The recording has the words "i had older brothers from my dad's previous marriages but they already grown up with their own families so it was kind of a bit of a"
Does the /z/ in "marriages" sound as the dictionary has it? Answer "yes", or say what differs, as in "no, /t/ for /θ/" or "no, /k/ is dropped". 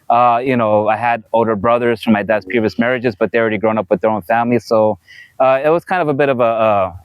yes